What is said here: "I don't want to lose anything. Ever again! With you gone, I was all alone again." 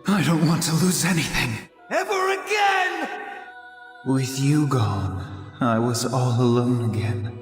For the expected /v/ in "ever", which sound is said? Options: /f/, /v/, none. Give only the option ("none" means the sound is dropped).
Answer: /v/